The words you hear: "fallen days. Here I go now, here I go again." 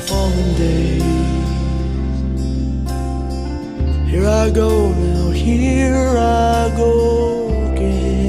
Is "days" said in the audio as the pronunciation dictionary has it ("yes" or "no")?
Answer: no